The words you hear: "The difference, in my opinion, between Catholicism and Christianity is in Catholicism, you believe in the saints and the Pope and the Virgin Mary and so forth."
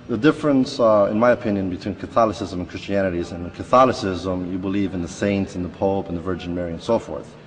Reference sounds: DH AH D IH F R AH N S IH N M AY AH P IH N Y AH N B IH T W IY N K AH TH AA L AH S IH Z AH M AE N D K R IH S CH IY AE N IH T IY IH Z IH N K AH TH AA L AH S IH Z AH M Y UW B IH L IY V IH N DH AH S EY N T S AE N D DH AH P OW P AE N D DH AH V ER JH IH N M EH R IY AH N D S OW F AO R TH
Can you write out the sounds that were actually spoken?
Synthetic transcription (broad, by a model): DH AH D IH F R AH N S IH N M AY AH P IH N Y AH N B IH T W IY N K AH TH AA L AH S IH Z AH M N K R IH S CH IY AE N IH T IY Z IH N K AH TH AA L AH S IH Z AH M Y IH B IH L IY V IH N DH AH S EY N T S N DH AH P OW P N DH AH V ER JH IH N M EH R IY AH N S OW F AO R TH